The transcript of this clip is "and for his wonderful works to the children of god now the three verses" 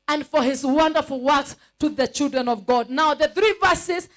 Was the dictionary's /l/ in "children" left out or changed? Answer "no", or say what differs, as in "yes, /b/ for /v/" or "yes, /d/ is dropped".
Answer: no